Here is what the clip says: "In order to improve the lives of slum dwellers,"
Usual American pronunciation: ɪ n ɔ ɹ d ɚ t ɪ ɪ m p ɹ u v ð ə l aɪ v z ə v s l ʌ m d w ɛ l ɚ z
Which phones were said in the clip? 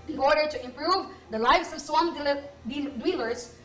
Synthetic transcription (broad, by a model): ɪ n ɔ ɹ d ɚ t ɪ ɪ m p ɹ u v ð ə l aɪ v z ə v s w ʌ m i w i l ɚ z